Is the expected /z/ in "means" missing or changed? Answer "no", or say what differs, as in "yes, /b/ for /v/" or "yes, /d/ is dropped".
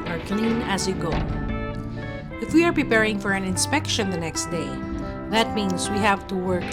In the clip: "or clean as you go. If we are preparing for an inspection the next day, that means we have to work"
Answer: yes, /s/ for /z/